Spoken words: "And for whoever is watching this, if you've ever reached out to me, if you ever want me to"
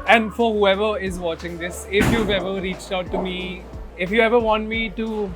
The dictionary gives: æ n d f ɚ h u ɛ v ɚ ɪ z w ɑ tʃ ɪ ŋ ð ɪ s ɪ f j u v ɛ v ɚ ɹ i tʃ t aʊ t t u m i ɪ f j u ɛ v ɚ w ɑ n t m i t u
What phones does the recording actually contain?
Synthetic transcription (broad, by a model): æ n d f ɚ h u ɛ v ɚ ɪ z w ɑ tʃ ɪ ŋ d ɪ s ɪ f j u v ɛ v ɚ ɹ i tʃ t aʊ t t u m i ɪ f j u ɛ v ɚ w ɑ n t m i t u